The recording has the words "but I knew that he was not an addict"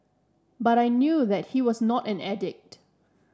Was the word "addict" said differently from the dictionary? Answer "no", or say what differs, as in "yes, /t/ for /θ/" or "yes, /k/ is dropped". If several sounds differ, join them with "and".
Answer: no